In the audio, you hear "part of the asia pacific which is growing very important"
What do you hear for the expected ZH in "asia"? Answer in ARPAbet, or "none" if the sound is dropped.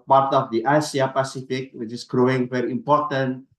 S